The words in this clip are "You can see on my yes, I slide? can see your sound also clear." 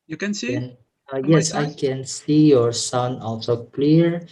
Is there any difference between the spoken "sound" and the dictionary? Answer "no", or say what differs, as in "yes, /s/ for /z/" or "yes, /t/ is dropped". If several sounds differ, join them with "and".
yes, /d/ is dropped